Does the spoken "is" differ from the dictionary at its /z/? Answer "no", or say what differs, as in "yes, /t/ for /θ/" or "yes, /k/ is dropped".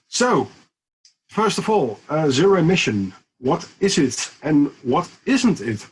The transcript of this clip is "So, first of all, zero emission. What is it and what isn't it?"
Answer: no